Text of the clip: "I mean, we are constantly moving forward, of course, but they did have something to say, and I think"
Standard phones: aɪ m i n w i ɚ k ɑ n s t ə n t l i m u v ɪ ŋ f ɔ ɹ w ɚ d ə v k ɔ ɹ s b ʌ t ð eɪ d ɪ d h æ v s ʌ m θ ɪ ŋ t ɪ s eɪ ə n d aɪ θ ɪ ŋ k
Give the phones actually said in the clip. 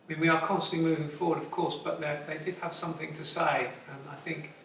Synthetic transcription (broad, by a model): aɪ m i n w i ɚ k ɑ n s t ə n t l i m u v ɪ ŋ f ɔ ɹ w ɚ d ə v k ɔ ɹ s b ʌ t ð eɪ d ɪ d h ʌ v s ʌ m θ ɪ ŋ t ɪ s eɪ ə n aɪ θ ɪ ŋ k